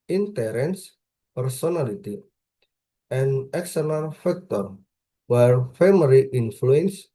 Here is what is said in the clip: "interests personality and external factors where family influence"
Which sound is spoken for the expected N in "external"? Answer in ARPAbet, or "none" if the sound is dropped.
L